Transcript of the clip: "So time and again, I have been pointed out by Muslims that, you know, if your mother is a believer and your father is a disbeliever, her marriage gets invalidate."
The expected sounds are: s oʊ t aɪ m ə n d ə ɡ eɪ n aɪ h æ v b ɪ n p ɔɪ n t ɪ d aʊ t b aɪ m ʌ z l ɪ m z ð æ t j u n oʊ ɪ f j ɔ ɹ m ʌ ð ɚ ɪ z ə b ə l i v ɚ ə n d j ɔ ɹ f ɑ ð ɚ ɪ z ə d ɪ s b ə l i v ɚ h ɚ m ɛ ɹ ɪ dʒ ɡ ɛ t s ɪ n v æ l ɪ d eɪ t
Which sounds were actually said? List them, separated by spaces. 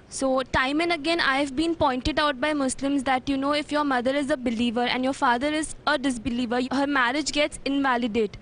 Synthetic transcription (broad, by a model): s oʊ t aɪ m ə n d ə ɡ eɪ n aɪ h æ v b ɪ n p ɔɪ n t ɪ d aʊ t b aɪ m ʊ s l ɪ m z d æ t j u n oʊ ɪ f j ɔ ɹ m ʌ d ɚ ɪ z ə b ə l i v ɚ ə n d j ɔ ɹ f ɑ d ɚ ɪ z ə d ɪ s b ə l i v ɚ h ɚ m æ ɹ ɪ dʒ ɡ ɛ t s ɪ n v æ l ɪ d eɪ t